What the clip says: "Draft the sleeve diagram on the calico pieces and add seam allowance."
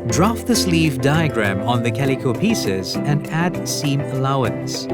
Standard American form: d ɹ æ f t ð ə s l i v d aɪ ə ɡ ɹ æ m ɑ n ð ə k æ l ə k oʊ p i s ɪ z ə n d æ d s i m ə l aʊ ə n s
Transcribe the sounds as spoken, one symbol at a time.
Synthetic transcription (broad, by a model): d ɹ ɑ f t ð ə s l i v d aɪ ə ɡ ɹ æ m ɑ n ð ə k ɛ l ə k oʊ p i s ɪ z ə n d æ d s i m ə l aʊ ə n s